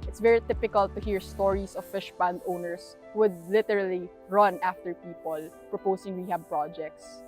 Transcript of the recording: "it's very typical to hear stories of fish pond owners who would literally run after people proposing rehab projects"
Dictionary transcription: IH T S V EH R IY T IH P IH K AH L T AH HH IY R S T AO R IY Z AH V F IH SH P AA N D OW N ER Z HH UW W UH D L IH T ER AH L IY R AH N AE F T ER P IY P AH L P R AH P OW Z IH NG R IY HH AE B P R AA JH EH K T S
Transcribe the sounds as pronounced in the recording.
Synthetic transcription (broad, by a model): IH T S V EH R IY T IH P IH K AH L T AH HH IY R S T AO R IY S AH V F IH SH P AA N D OW N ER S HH W UH D L IH T ER AH L IY R AH N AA F T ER P IY P AH L P R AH P OW S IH NG W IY HH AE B P R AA JH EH K T S